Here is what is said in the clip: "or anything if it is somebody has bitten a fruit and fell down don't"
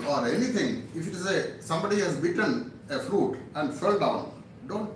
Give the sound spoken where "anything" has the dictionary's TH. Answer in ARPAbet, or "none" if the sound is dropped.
T